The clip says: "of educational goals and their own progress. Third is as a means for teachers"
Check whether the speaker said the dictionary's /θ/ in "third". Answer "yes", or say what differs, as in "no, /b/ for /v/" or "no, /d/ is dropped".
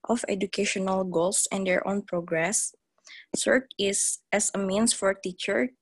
no, /s/ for /θ/